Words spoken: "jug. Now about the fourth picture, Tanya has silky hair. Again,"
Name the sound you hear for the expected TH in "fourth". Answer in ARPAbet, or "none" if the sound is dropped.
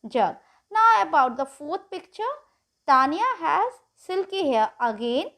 T